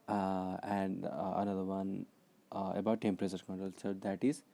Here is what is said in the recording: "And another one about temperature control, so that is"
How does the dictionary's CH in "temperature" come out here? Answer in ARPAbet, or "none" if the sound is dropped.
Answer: S